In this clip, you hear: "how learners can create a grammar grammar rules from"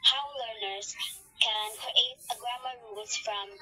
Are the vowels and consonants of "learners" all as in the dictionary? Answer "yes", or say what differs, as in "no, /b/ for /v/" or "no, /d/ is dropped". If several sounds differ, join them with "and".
yes